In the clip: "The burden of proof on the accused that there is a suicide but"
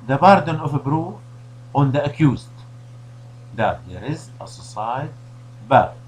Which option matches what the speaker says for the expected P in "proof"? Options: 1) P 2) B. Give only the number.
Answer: 2